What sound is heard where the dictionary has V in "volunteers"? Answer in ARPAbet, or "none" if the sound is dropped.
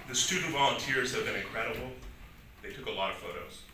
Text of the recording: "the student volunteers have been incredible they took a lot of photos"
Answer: V